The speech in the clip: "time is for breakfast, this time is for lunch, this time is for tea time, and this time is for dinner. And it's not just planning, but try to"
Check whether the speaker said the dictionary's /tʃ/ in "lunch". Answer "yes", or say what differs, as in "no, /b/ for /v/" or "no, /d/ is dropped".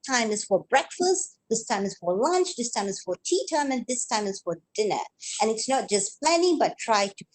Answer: yes